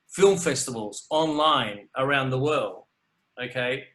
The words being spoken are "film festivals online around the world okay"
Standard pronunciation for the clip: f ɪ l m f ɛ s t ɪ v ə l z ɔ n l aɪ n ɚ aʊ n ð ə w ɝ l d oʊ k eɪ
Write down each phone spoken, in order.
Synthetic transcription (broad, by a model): f ɪ l m f ɛ s t ɪ v ə l z ɔ n l aɪ n ɚ aʊ n ð ə w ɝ l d oʊ k eɪ